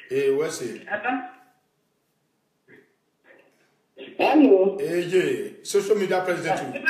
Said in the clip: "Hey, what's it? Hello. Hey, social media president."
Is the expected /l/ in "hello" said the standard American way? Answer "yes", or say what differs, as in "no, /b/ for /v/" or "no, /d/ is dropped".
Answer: no, /n/ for /l/